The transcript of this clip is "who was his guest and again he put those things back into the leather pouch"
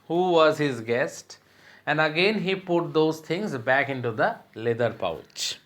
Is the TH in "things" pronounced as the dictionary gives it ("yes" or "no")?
no